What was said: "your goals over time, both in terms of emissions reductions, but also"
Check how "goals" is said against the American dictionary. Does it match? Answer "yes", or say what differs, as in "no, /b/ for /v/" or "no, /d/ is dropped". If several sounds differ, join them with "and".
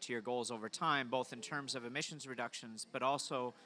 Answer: yes